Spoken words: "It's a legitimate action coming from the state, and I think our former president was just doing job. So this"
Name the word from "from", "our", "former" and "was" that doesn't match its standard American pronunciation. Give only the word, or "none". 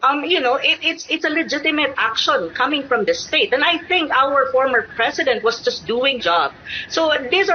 was